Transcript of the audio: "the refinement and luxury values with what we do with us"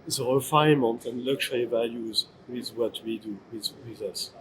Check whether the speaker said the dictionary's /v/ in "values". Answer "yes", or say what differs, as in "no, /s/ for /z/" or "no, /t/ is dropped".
yes